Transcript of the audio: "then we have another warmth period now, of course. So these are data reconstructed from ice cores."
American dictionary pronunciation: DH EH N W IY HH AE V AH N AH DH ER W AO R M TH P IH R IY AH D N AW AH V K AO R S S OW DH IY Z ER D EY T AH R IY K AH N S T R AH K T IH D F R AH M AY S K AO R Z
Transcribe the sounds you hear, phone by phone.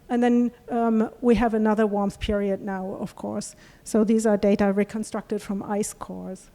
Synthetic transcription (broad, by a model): DH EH N W IY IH V AH N AH DH ER W AO R M TH P IH R IY AH D N AW AH V K AO R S S OW DH IY Z ER D EY T AH R IY K AH N S T R AH K T IH D F R AH M AY S K AO R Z